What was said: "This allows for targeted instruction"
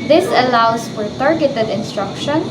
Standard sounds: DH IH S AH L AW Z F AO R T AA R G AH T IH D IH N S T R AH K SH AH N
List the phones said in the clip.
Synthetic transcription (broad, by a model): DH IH S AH L AW S F AO R T AA R G AH T IH D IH N S T R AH K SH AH N